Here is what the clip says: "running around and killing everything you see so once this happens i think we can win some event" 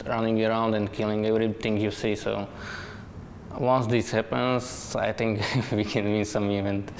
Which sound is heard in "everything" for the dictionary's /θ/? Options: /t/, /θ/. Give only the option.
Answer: /t/